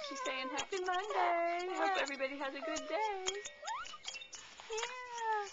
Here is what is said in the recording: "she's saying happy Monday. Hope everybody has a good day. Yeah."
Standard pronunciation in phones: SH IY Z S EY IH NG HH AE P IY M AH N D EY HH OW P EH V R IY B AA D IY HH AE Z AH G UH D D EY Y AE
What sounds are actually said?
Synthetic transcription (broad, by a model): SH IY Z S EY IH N HH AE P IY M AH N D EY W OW EH V R IY B AA D IY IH Z AH G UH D D EY Y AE